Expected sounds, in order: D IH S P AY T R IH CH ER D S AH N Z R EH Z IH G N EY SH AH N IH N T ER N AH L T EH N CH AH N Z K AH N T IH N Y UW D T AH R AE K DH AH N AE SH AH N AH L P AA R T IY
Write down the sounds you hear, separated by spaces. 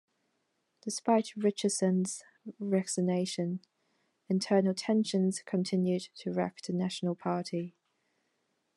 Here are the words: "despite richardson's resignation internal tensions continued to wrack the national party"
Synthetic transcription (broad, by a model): D IH S P AY T R IH CH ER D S AH N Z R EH S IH N EY SH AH N IH N T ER N AH L T EH N SH AH N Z K AH N T IH N Y UW D T AH R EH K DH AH N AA SH AH N AH L P AA T IY